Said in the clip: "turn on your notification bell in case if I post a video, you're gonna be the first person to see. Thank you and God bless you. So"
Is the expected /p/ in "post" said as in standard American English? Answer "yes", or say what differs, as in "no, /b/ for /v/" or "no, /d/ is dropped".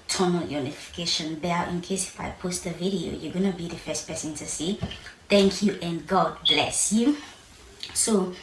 yes